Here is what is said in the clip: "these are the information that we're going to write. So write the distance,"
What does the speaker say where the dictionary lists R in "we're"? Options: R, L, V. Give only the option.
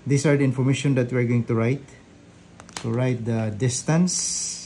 R